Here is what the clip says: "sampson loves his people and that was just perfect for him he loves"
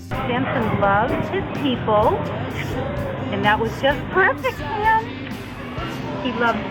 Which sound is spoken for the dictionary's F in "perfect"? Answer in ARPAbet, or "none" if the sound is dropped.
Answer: F